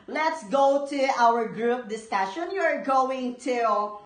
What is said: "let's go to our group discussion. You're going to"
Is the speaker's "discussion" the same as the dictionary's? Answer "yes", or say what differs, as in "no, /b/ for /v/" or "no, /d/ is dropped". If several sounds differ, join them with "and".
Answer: yes